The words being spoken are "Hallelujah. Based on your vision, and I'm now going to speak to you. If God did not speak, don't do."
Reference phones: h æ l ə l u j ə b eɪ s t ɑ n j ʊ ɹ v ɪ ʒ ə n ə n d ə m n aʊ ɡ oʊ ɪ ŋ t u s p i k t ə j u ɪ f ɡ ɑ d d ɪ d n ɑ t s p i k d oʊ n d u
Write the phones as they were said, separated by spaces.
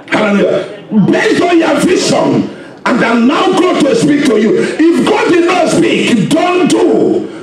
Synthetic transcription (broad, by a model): h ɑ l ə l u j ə b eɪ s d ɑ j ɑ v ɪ s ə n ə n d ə n aʊ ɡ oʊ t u s p i k t ə j u ɪ f ɡ ɑ d d ɪ d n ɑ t s p i k d oʊ n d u